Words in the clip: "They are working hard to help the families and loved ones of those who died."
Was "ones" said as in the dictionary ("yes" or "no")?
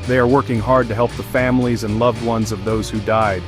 yes